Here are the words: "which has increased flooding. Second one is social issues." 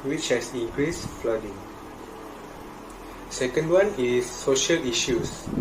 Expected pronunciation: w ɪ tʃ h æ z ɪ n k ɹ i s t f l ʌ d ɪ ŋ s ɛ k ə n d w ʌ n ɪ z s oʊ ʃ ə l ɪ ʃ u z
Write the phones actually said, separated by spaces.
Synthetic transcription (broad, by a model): w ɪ tʃ h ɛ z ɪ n k ɹ i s f l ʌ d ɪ ŋ s ɛ k ə n d w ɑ n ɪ s oʊ ʃ ə l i ʃ u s